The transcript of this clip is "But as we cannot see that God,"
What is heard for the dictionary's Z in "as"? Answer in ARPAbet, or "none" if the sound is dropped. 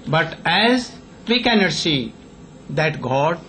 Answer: Z